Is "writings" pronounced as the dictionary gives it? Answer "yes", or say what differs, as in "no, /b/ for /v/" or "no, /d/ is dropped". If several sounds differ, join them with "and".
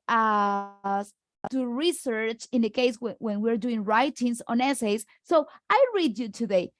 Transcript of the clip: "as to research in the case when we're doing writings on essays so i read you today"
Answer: no, /s/ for /z/